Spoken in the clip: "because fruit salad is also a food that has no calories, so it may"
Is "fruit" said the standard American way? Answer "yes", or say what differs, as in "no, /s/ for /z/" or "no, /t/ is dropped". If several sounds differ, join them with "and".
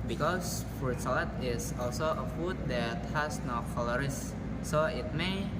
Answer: no, /ɹ/ is dropped